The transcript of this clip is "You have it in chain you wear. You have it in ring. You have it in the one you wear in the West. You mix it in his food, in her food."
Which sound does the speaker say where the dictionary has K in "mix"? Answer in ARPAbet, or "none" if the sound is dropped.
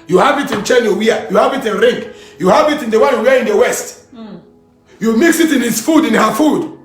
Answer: K